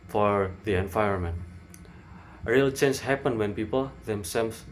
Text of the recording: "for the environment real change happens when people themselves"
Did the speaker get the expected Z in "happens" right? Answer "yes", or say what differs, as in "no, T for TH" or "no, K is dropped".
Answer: no, Z is dropped